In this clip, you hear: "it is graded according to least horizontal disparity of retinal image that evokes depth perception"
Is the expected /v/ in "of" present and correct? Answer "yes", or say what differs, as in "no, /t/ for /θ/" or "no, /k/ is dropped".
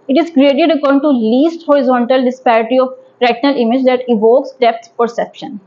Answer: no, /p/ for /v/